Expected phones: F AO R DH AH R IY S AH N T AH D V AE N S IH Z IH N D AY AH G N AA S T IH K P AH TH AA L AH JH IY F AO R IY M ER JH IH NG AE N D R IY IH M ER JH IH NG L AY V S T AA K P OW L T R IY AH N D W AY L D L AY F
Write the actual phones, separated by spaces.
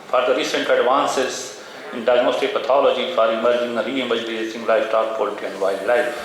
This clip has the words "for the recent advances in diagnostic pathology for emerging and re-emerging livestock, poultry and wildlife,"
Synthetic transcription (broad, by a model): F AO R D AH R IY S AH N T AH D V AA N S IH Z IH N D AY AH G N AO S T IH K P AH T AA L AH JH IY F AO R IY M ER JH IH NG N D R IY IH M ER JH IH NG L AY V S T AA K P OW L T IY AH N D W AY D L AY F